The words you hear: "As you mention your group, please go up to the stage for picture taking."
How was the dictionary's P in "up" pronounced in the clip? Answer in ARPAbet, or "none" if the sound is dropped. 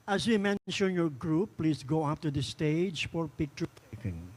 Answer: F